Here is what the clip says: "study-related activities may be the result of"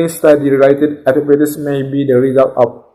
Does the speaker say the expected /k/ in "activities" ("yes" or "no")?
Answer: no